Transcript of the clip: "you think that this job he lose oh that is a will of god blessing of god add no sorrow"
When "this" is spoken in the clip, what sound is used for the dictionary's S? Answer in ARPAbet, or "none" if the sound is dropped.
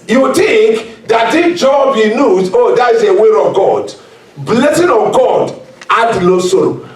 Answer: none